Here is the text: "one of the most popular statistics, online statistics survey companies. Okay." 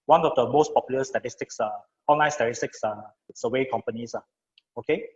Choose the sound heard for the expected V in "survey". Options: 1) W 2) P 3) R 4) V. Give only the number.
1